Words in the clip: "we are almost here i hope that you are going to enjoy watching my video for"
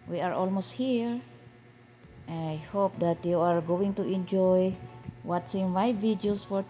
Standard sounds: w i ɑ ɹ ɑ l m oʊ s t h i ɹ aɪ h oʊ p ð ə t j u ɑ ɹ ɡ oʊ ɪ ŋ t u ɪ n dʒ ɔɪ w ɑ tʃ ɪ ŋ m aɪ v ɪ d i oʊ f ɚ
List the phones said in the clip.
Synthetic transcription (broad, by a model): w i ɑ ɹ ɑ l m oʊ s t h i ɹ aɪ h oʊ p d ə t j u ɑ ɹ ɡ oʊ ɪ ŋ t u ɪ n dʒ ɔɪ w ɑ s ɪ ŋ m aɪ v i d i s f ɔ